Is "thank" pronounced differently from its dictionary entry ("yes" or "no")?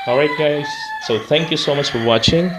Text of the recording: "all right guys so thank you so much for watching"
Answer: no